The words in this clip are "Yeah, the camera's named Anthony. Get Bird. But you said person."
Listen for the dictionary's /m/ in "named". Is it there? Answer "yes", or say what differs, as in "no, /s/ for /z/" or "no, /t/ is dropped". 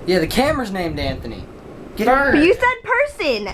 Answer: yes